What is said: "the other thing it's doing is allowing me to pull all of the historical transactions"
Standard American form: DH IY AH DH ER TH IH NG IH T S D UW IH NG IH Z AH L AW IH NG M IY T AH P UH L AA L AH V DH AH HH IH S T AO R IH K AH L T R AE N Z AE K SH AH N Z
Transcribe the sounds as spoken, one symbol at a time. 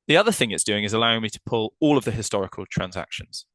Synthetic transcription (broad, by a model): DH IY AH DH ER TH IH NG IH T S D UW IH NG IH Z AH L AW IH NG M IY T AH P UH L AA L AH V DH AH HH IH S T AO R IH K AH L T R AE N Z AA K SH AH N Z